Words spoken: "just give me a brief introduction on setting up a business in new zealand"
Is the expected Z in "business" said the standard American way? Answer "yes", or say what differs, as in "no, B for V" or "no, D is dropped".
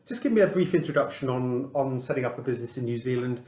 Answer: yes